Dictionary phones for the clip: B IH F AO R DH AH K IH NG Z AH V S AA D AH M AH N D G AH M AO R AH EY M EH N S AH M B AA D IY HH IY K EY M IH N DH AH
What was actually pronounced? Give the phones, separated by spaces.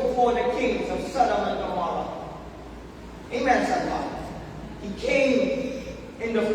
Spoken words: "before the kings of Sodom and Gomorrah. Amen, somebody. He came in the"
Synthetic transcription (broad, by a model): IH F AO R DH AH K IH NG Z AH V S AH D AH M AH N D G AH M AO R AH EY M EH N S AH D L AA HH IY K EY M IH N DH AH